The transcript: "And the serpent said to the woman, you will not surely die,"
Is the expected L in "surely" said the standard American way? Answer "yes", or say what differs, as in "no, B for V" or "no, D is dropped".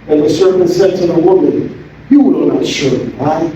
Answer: no, L is dropped